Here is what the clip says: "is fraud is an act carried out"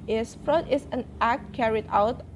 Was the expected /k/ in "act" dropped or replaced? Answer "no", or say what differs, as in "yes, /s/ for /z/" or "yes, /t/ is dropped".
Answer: no